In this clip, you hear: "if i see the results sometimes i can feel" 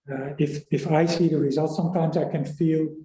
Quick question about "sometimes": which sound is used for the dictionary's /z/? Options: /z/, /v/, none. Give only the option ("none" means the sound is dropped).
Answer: /z/